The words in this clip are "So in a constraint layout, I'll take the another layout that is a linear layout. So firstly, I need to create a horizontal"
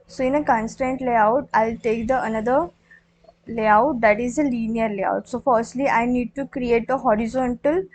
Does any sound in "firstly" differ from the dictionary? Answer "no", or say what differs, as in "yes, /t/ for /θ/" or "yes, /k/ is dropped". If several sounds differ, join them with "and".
no